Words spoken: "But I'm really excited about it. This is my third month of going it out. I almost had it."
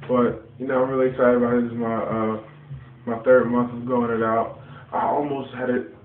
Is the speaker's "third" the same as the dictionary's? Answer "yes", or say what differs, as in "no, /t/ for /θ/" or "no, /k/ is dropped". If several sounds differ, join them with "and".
yes